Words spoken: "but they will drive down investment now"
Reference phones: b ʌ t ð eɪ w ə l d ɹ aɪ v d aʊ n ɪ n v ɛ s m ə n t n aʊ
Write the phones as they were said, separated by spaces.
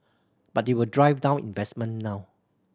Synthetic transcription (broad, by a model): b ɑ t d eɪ w ə l d ɹ aɪ v d aʊ n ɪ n v ɛ s m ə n n aʊ